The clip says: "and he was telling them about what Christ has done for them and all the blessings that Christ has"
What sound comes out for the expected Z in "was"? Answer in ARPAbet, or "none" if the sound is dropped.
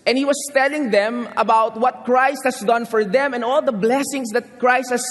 S